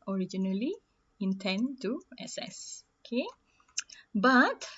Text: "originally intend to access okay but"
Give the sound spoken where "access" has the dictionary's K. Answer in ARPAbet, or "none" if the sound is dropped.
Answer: none